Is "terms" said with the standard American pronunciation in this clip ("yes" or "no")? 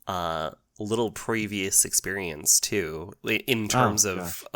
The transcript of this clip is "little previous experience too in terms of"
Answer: yes